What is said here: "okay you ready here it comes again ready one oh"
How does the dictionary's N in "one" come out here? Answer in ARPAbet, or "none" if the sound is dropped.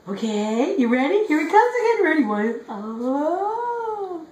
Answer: none